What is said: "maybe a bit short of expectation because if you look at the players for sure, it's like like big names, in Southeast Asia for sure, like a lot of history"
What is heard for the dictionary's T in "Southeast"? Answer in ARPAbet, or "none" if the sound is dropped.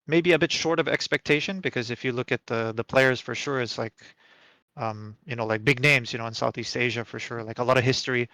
T